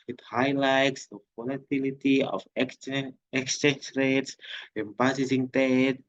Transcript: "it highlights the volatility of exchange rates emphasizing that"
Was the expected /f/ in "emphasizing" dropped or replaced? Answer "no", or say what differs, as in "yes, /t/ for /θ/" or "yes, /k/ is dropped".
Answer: yes, /p/ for /f/